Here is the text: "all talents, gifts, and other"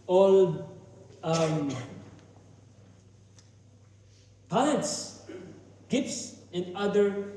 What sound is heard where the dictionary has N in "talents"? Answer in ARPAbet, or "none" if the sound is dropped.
none